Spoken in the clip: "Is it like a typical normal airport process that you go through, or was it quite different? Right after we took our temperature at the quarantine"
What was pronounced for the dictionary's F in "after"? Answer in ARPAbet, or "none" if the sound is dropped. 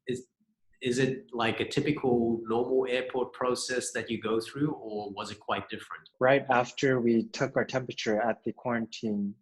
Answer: F